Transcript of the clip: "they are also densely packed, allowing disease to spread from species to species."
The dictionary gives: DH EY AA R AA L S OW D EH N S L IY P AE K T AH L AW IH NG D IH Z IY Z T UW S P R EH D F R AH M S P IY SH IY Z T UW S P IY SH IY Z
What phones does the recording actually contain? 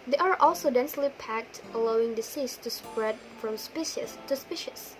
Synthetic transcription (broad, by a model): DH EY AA R AA L S OW D EH N S L IY P AE K T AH L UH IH NG D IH S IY S T UW S P R EH D F R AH M S P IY SH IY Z T UW S P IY SH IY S